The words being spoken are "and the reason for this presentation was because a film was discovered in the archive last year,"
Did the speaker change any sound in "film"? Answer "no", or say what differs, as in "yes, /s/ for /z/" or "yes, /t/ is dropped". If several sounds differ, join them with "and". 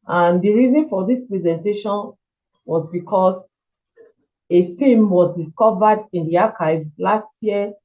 yes, /l/ is dropped